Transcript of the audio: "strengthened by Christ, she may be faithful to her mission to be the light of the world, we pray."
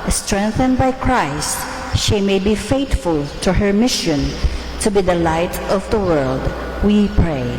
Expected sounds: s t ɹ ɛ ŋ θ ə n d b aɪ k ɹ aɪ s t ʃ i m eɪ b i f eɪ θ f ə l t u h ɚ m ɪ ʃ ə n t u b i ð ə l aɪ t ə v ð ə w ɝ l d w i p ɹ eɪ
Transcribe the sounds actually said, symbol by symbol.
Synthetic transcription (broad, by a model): s t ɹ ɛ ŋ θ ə n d b aɪ k ɹ aɪ s t ʃ i m eɪ b i f eɪ t f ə l t u h ɚ m ɪ ʃ ə n t u b i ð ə l aɪ t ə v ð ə w ɝ l d w i p ɹ eɪ